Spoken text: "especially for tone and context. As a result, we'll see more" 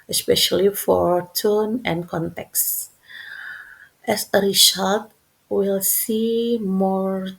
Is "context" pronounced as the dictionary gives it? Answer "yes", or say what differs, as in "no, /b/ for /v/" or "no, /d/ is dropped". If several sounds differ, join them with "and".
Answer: yes